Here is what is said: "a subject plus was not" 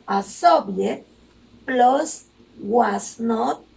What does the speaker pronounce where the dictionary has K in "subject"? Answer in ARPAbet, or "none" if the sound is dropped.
none